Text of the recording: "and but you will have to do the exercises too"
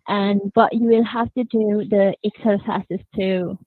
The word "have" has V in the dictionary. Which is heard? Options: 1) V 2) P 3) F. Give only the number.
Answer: 3